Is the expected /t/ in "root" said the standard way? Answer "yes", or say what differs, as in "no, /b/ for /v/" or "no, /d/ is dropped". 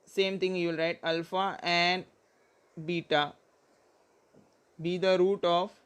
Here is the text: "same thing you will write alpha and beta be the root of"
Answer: yes